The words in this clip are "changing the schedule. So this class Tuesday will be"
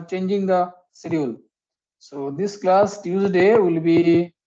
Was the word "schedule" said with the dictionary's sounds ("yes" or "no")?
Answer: no